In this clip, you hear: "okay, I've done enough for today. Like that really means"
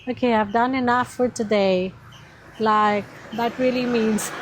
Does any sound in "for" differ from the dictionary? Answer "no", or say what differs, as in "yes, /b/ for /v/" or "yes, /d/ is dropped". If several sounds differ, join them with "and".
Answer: no